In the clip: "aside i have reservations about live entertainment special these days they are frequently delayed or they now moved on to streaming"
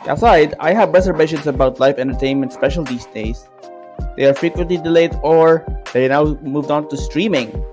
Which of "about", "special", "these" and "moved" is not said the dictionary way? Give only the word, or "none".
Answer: these